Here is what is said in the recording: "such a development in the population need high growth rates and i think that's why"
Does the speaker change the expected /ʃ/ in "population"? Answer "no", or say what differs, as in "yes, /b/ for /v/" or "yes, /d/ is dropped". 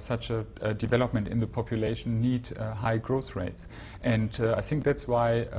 yes, /ʃ/ is dropped